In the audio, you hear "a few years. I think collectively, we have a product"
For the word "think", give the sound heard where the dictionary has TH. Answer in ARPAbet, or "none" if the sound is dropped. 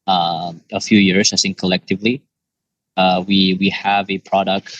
S